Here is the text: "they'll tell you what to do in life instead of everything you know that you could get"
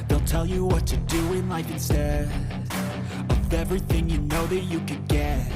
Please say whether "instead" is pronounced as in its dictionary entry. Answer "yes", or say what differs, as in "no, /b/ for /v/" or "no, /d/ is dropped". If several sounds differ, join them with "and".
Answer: no, /d/ is dropped